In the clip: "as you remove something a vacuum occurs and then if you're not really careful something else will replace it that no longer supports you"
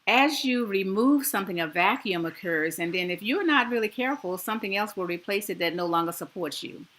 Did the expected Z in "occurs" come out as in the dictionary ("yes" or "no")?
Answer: yes